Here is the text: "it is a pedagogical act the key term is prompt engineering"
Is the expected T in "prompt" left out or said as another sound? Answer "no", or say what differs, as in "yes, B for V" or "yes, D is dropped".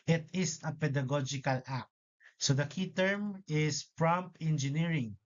yes, T is dropped